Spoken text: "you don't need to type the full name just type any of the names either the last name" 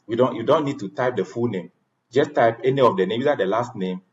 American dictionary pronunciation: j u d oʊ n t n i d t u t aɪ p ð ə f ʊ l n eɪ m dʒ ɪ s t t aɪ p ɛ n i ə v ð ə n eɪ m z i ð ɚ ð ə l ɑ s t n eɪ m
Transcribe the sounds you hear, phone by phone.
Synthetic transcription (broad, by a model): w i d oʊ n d n i d t u t aɪ p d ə f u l n eɪ m dʒ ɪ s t t aɪ p ɛ n i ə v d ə n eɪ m i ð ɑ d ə l ɑ s t n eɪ m